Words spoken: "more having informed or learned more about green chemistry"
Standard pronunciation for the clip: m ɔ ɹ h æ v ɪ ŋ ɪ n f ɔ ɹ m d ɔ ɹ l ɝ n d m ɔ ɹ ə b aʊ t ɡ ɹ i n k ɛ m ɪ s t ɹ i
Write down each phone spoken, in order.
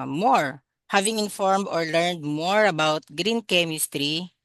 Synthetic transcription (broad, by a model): m ɔ ɹ h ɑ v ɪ ŋ ɪ n f ɔ ɹ m d ɔ ɹ l ɝ n d m ɔ ɹ ə b aʊ t ɡ ɹ i n k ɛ m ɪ s t ɹ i